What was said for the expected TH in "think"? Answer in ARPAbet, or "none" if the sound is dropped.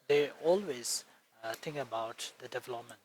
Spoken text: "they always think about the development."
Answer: T